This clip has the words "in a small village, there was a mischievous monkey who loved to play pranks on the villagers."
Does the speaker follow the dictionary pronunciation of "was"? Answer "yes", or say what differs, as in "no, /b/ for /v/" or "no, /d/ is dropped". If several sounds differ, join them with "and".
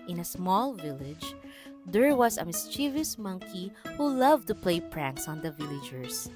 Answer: no, /s/ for /z/